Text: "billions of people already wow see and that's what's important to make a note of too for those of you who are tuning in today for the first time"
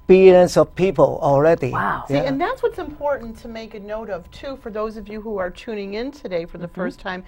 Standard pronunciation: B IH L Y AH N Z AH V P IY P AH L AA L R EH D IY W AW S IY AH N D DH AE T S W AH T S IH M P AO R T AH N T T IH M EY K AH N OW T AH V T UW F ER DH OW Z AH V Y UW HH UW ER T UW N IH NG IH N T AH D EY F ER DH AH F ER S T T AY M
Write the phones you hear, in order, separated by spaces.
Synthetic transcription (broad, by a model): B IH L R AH N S AH V P IY P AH L AA L R EH D IY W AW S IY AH N DH AE T S W AH T S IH M P AO R T N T T IH M EY K AH N OW T AH V T UW F ER DH OW Z AH V Y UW HH UW ER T UW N IH NG IH N T AH D EY F ER DH AH F ER S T T AY M